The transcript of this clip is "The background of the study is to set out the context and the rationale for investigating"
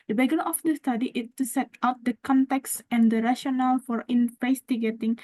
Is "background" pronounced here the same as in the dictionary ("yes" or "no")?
no